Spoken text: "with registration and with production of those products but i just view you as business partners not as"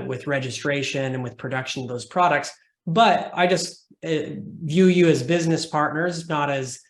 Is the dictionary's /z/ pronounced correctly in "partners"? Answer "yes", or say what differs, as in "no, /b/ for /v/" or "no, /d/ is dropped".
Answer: yes